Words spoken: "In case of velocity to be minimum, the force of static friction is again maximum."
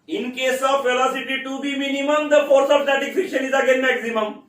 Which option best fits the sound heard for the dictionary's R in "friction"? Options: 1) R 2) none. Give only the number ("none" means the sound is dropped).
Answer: 2